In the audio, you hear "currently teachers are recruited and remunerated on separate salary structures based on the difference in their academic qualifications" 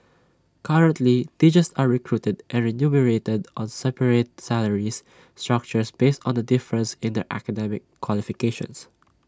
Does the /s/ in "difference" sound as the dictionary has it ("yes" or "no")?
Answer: yes